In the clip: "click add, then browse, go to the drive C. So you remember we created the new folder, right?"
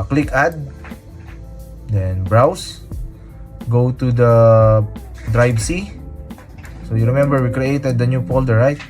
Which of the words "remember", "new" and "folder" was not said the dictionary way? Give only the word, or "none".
folder